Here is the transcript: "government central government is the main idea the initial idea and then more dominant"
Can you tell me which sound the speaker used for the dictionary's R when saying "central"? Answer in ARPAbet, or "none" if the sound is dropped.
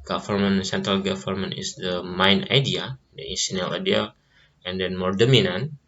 R